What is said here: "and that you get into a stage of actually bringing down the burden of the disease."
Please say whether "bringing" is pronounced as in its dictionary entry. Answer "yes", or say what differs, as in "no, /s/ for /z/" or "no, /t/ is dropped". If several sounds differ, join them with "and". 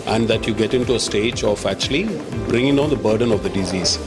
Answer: yes